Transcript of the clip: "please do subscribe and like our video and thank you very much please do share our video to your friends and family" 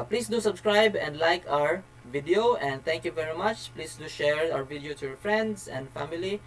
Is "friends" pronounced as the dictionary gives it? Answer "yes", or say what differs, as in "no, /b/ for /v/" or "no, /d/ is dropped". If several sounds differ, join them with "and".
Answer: no, /s/ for /z/